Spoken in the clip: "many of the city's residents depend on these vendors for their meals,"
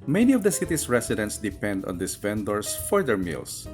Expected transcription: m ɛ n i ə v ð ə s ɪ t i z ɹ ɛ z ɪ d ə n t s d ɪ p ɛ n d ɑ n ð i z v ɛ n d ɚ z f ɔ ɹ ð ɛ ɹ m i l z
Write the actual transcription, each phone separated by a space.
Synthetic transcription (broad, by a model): m ɛ n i ə v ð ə s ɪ t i s ɹ ɛ s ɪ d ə n t s d ɪ p ɛ n d ɑ n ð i s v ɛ n d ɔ s f ɔ ɹ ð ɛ ɹ m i l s